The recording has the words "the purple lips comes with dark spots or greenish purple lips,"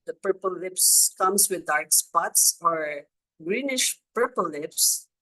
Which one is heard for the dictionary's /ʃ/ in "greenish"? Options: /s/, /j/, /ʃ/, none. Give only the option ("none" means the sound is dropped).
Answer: /ʃ/